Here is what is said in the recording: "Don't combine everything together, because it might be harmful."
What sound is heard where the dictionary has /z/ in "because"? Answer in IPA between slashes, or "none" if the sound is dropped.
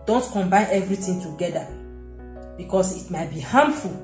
/s/